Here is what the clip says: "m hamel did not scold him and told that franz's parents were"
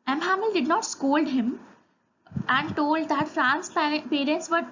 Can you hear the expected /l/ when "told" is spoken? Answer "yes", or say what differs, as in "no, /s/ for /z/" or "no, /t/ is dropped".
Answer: yes